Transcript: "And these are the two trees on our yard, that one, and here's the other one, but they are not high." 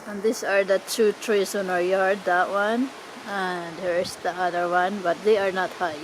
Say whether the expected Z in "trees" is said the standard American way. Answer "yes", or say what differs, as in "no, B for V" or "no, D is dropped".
no, S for Z